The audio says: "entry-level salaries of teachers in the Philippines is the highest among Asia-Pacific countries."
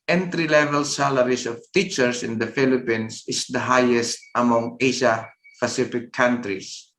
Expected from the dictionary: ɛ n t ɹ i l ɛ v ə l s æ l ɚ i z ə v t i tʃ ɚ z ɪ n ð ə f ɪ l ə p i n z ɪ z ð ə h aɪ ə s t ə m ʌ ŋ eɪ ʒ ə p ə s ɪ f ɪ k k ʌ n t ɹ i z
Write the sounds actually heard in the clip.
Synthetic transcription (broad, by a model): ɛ n t ɹ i l ɛ v ə l s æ l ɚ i s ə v t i tʃ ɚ s ɪ n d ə f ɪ l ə p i n s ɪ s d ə h aɪ ə s t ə m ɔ ŋ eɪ ʃ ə p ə s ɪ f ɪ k k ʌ n t ɹ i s